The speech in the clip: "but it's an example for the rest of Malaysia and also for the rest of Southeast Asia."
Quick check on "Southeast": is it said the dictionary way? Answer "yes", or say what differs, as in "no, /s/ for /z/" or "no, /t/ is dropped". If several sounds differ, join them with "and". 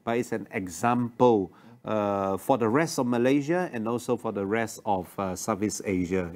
no, /t/ is dropped